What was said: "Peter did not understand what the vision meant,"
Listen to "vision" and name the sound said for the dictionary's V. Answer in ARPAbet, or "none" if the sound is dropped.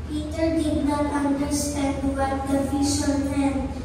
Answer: F